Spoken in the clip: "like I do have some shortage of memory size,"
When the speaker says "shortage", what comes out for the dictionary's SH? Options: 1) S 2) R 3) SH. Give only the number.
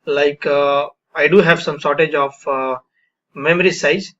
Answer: 1